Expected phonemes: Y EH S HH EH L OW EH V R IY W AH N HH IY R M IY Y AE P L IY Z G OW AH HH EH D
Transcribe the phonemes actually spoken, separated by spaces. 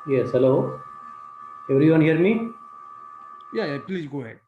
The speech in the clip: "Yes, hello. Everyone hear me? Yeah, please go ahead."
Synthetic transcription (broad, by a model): Y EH S HH EH L OW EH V R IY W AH N HH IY R M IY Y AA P L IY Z G OW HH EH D